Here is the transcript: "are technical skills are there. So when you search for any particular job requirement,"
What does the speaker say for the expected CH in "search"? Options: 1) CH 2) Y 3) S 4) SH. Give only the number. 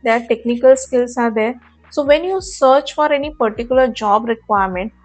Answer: 1